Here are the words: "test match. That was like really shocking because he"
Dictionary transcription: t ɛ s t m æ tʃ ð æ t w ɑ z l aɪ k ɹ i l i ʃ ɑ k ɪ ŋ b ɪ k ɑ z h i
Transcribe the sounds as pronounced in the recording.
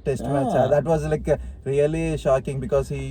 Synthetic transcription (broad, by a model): t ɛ s t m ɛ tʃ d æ t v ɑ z l aɪ k ɹ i l i ʃ ɑ k ɪ ŋ b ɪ k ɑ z h i